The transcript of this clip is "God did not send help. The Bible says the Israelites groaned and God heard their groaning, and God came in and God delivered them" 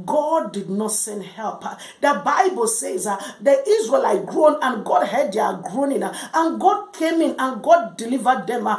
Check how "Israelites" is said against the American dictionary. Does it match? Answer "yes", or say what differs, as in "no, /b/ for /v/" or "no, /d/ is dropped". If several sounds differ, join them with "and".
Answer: no, /s/ is dropped